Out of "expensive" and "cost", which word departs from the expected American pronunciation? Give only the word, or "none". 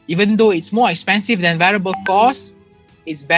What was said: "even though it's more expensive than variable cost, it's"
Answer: cost